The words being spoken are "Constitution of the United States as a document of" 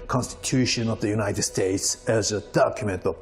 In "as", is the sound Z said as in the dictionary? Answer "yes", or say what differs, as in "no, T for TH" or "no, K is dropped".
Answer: yes